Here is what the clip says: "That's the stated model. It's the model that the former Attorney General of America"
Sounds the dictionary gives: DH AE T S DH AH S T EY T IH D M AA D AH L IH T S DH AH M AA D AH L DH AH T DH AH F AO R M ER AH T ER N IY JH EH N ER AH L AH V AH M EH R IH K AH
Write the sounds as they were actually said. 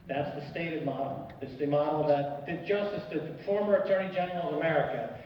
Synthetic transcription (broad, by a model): DH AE T S DH AH S T EY T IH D M AA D L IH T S DH AH M AA D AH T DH AH T DH AH F AO R M ER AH T ER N IY JH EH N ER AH L AH V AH M EH R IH K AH